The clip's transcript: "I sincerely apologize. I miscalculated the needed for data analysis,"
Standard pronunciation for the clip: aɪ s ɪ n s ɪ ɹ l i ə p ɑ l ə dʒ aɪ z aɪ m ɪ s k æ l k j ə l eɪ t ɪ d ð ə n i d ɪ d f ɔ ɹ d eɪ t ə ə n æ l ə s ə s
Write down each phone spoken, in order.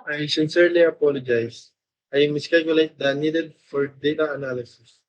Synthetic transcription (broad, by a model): aɪ s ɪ n s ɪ ɹ l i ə p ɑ l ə dʒ aɪ s aɪ m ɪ s k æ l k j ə l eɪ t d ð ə n i d ɪ d f ɔ ɹ d eɪ t ə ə n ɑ l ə s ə s